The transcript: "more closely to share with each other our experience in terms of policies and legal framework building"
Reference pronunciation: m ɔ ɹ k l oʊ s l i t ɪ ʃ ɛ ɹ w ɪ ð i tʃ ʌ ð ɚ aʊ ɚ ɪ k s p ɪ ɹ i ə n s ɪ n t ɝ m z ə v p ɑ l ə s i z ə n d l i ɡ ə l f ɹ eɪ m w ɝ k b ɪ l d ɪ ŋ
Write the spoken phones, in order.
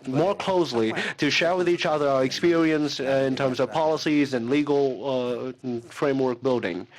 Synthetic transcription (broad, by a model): m ɔ ɹ k l oʊ s l i t ɪ ʃ ɛ ɹ w ɪ ð i tʃ ʌ ð ɚ aʊ ɚ ɪ k s p ɪ ɹ i ə n s ɪ n t ɝ m z ə v p ɑ l ə s i z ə n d l i ɡ l f ɹ eɪ m w ɝ k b ɪ l d ɪ ŋ